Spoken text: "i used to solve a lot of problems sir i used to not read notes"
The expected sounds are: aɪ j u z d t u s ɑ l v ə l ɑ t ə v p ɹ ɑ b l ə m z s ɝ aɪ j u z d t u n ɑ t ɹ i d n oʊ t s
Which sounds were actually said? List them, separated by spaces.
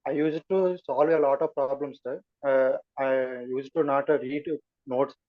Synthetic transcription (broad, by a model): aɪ j u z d t u s ɑ l v ə l ɑ t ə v p ɹ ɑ b l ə m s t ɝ aɪ j u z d t u n ɑ t ɹ i d n oʊ t s